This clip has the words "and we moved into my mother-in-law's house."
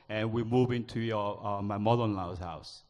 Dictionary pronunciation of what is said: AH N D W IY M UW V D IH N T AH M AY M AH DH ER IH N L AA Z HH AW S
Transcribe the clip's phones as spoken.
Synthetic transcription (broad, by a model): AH N W IY M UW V IH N T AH M AY M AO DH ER IH N L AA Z HH AW S